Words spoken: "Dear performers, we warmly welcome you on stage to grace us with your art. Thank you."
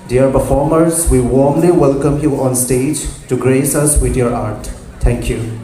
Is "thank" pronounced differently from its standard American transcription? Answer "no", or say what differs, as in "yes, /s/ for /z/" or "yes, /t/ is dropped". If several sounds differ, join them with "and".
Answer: yes, /t/ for /θ/